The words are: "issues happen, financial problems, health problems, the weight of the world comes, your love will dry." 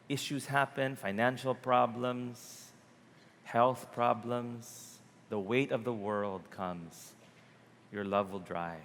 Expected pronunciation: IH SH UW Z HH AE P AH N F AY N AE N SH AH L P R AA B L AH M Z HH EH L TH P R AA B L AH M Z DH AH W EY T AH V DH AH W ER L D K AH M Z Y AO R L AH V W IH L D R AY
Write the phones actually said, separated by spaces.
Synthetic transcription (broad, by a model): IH SH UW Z HH AE P AH N F AY N AE N SH AH L P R AA B L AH M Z HH EH L TH P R AA B L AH M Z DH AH W EY T AH V DH AH W ER L D K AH M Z Y AO R L AH V W IH L D R AY